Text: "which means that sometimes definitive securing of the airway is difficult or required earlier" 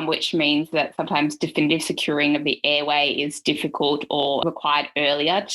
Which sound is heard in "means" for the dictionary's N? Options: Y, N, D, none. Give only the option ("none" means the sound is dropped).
N